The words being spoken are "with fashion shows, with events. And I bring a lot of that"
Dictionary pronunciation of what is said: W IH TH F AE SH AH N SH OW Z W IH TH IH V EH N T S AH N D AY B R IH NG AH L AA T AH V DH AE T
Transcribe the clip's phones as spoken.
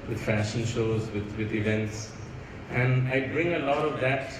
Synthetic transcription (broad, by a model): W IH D F AE SH AH N SH OW Z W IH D IH V EH N T S AH N D AY B R IH NG AH L AA T AH V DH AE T